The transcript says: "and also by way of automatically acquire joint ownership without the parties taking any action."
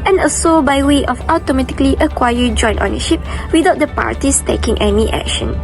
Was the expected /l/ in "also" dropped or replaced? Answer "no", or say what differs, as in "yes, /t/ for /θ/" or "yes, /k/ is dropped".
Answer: yes, /l/ is dropped